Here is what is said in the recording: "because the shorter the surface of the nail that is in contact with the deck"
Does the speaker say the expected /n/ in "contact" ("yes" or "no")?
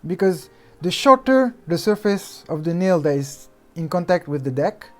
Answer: yes